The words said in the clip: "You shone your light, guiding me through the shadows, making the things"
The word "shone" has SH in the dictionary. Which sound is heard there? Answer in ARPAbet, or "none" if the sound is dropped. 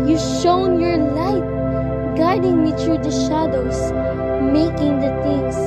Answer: SH